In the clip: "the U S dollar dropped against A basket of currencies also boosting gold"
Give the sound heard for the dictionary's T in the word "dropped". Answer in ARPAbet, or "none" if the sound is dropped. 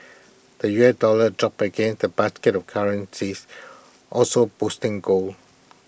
none